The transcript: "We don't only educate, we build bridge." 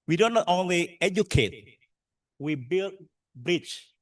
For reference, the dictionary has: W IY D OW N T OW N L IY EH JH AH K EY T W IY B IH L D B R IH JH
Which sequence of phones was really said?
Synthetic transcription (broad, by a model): W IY D OW N T OW N L IY EH JH AH K EY T W IY B IH L D B R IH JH